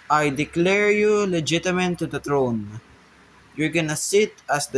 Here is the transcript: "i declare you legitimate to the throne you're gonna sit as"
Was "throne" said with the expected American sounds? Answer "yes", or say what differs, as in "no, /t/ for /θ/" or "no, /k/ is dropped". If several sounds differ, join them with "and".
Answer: no, /t/ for /θ/